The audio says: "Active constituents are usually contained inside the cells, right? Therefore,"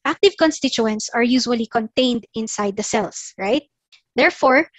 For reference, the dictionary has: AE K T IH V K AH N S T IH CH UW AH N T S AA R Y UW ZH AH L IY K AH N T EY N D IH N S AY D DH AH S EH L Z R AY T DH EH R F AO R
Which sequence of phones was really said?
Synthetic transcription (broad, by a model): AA K T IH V K AH N S T IH CH UW AH N T S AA R Y UW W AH L IY K AH N T EY N D IH N S AY D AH S EH L S R AY T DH EH R F AO R